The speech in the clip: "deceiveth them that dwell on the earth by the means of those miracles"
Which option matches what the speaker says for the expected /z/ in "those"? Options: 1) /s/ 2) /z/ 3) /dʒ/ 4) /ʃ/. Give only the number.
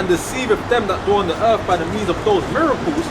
2